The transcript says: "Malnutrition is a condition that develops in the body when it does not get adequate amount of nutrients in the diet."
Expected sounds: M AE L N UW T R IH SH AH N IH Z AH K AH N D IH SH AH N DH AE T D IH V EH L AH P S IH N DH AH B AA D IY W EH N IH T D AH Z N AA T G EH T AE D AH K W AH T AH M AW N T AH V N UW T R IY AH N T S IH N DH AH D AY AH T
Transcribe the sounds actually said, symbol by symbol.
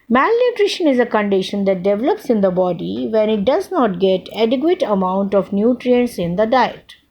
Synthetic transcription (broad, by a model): M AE L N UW T R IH SH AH N IH Z AH K AH N D IH SH AH N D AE T D IH V EH L AH P S IH N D AH B AA D IY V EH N IH T D AH Z N AA T G EH T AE D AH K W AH T AH M AW N T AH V N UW T R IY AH N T S IH N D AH D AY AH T